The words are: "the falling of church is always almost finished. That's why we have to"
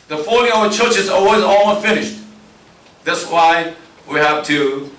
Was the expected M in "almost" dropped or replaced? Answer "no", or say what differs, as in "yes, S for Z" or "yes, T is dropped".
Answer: yes, M is dropped